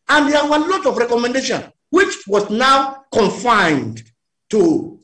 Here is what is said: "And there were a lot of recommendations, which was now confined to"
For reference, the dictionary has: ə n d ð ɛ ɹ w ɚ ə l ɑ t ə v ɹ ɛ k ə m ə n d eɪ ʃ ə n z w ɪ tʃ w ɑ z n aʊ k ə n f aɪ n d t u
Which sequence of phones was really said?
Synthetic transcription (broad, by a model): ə n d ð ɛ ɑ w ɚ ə l ɑ t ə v ɹ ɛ k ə m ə n d eɪ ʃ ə n w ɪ tʃ w ɑ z n aʊ k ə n f aɪ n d t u